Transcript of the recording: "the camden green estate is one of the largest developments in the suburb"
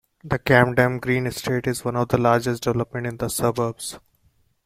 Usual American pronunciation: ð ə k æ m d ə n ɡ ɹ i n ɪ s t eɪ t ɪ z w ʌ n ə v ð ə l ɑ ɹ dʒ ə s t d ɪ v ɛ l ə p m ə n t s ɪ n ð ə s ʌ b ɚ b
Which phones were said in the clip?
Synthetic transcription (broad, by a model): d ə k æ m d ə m ɡ ɹ i n ɪ s t eɪ t ɪ z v ʌ n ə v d ə l ɑ ɹ dʒ ə s t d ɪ v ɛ l ə p m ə n t ɪ n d ə s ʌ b ɚ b